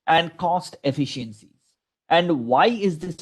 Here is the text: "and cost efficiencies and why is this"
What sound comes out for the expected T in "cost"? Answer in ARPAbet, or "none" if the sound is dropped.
T